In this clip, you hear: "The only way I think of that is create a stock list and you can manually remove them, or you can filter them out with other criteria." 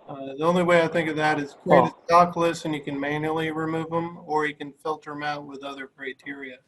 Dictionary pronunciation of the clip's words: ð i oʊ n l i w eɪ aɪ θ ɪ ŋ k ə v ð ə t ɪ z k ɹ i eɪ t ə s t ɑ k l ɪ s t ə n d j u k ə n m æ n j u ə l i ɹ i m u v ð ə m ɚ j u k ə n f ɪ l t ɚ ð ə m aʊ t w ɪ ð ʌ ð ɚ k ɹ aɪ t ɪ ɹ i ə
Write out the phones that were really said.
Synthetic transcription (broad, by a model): ð i oʊ n l i w eɪ aɪ θ ɪ ŋ k ə v ð ə t ɪ z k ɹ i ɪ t ə s t ɑ k l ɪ s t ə n j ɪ k ə n m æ n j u l i ɹ i m u v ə m ɚ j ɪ k ə n f ɪ l t ɚ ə m aʊ t w ɪ ð ʌ ð ɚ k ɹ aɪ t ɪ ɹ i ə